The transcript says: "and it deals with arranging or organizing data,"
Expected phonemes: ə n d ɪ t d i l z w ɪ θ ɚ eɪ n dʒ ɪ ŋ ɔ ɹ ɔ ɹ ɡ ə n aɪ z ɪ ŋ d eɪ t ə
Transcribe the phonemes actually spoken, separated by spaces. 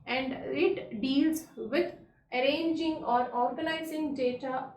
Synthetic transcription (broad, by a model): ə n d ɪ t d i l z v ɪ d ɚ eɪ n dʒ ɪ ŋ ɔ ɹ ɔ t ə l aɪ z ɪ ŋ d eɪ t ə